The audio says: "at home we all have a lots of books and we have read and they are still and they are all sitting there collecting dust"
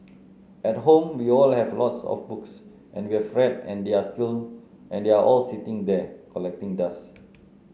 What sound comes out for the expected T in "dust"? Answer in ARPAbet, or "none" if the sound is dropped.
none